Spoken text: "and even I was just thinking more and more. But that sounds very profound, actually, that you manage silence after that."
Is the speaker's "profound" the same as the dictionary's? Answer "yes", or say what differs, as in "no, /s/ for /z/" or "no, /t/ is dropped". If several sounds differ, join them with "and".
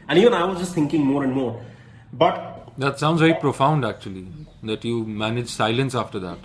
yes